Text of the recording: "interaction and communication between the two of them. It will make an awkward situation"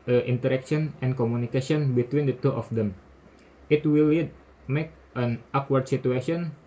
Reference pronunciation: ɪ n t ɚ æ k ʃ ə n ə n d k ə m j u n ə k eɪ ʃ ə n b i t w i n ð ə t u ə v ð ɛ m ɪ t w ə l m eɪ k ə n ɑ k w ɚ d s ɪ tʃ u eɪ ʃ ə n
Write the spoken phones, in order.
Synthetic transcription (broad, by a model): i n t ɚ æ k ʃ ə n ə n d k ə m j u n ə k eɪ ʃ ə n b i t w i n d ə t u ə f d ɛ m ɪ t w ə l m eɪ k ə n ɑ k w ɚ d s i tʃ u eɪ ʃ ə n